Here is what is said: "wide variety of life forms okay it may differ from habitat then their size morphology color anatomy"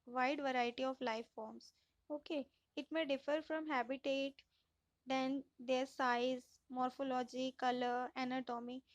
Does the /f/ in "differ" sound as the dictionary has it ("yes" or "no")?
yes